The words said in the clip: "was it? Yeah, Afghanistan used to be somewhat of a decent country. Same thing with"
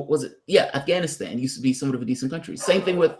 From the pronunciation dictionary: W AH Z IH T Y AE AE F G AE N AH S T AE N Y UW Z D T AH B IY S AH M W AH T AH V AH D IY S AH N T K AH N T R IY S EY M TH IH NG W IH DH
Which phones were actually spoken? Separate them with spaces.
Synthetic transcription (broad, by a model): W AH Z IH T Y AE AE F G AE N AH S T AE N Y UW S T AH B IY S AH M W AH T AH V AH D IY S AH N K AH N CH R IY S EY M TH IH NG W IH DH